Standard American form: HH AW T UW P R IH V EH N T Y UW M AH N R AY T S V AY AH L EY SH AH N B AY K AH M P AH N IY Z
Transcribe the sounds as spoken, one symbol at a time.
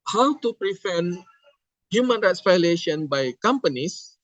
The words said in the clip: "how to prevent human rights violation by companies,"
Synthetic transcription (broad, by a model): HH AW T UW P R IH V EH N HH Y UW M AH N R AY T S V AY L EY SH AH N B AY K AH M P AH N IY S